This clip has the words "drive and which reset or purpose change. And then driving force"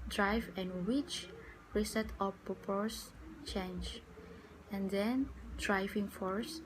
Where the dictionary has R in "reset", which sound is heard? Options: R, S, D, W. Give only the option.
R